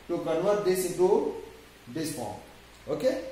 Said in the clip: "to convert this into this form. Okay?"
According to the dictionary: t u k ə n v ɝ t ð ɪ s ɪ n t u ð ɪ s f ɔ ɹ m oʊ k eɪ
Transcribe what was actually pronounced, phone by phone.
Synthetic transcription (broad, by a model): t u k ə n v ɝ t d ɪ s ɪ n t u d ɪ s p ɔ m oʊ k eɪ